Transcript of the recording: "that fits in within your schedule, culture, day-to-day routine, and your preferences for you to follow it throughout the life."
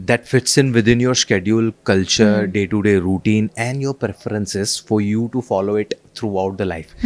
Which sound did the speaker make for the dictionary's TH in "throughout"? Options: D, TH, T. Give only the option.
T